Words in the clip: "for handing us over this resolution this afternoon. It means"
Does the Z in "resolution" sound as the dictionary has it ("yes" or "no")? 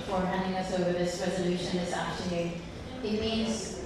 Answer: yes